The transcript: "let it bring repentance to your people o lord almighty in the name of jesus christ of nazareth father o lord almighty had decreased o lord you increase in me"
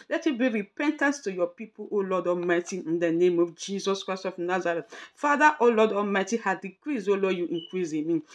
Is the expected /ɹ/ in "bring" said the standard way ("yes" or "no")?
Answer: no